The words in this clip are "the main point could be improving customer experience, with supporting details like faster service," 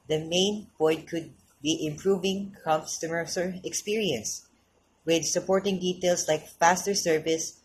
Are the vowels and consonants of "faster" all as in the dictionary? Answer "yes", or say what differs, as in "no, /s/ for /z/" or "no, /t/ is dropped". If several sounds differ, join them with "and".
yes